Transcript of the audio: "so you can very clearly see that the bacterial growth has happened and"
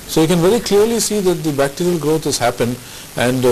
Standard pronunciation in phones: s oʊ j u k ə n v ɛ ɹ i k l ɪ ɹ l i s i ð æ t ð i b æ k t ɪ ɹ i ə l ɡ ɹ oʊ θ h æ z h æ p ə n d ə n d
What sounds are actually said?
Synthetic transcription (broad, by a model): s oʊ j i k ə n v ɛ ɹ i k l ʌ ɹ l i s i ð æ t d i b æ k t ɪ ɹ i ə l ɡ ɹ oʊ t h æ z h æ p ə n d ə n d